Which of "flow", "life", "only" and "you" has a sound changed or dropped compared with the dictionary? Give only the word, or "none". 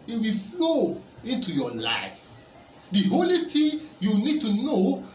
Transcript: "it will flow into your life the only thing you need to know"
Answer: only